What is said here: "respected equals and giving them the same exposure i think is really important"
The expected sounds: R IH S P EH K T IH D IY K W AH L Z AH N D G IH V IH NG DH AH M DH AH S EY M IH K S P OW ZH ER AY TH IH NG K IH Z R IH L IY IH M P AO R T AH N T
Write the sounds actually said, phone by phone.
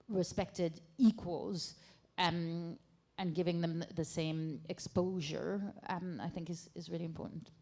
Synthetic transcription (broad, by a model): R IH S P EH K T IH D IY K W AH L Z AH N G IH V IH NG DH AH M DH AH S EY M IH K S P OW ZH ER AY TH IH NG K IH Z R IH L IY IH M P AO R T N T